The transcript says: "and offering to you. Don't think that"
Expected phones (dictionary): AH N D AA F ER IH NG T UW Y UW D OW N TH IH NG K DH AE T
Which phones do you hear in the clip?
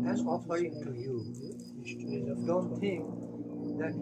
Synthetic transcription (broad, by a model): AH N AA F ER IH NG T UW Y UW D OW N T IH NG K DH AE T